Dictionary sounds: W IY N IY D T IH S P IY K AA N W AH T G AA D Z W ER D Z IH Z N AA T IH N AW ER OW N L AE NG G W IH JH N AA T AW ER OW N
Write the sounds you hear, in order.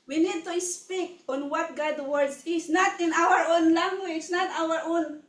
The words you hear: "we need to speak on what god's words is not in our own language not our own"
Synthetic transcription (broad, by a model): W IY N IY D T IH S P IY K AA N W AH T G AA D W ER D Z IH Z N AA T IH N AW ER OW N L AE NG G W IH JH N AA T AW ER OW N